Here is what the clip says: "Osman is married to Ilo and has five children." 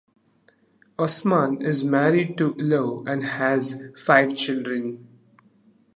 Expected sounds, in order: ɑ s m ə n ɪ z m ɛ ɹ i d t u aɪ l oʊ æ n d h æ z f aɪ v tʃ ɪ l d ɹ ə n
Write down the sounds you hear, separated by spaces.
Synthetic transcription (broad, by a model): ɑ s m ə n ɪ z m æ ɹ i d t u l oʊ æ n d h æ z f aɪ v tʃ ɪ l d ɹ ə n